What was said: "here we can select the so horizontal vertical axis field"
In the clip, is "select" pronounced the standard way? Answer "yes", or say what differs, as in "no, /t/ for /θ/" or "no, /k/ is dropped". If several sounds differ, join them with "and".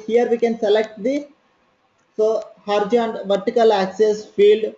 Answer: yes